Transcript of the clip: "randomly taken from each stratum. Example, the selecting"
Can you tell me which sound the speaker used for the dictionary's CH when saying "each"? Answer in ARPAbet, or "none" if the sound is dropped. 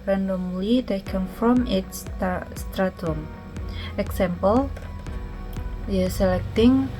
S